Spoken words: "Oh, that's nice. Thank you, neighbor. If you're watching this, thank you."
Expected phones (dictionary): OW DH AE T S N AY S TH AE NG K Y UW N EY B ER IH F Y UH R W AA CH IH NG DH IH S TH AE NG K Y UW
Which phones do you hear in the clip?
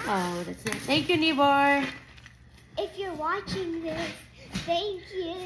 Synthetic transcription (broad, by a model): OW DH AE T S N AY TH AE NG K Y UW N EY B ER IH F Y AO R W AA CH IH NG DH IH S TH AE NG K Y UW